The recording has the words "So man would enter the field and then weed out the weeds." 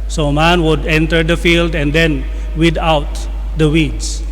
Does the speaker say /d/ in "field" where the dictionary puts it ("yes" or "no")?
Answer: yes